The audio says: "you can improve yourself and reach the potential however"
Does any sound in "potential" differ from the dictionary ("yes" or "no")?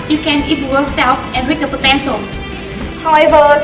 yes